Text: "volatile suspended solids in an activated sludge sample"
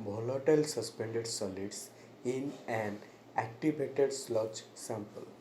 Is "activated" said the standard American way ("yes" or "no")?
no